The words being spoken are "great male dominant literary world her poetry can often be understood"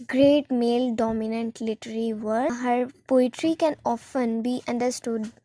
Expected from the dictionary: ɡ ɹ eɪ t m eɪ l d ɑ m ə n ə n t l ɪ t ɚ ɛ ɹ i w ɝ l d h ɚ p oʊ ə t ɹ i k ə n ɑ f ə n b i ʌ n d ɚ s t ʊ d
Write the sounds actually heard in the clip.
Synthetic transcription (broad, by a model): ɡ ɹ eɪ t m eɪ l d ɑ m ə n ə n t l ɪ t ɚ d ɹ i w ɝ d h ɚ p oʊ ə t ɹ i k ə n ɑ f ə n b i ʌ n d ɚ s t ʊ d